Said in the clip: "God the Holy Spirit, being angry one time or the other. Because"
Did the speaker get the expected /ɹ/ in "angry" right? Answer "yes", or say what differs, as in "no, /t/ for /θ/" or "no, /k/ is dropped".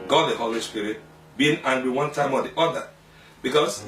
no, /w/ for /ɹ/